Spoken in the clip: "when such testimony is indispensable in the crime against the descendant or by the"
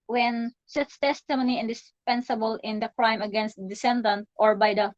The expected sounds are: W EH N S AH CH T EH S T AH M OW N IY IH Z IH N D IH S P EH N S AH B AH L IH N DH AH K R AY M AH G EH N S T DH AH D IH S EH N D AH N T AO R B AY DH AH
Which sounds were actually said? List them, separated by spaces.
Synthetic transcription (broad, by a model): W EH N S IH S T EH S T AH M OW N IY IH IH N D IH S P EH N S AH B AH L IH N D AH K R AY M AH G EH N S T D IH S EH N D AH N T AO R B AY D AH